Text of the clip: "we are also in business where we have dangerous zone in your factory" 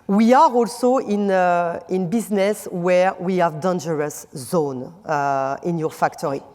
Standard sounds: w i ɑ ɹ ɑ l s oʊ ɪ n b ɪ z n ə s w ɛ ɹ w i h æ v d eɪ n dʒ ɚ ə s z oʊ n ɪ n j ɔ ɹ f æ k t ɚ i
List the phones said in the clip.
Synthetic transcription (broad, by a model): w i ɑ ɹ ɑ l s oʊ ɪ n b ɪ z n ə s w ɛ ɹ w i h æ v d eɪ n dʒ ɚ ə s z oʊ n ɪ n j ɔ ɹ f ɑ k t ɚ i